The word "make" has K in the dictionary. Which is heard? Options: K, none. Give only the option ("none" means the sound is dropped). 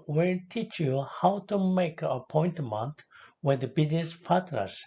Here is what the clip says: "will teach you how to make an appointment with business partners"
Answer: none